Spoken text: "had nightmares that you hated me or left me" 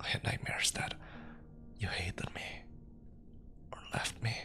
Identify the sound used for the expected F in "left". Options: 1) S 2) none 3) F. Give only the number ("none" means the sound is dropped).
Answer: 3